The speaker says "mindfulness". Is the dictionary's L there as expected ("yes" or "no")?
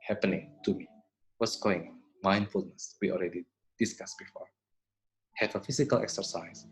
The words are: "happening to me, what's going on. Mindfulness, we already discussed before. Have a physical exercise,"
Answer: yes